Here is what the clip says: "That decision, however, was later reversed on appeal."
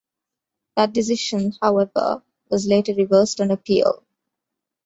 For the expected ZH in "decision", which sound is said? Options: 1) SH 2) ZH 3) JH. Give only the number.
1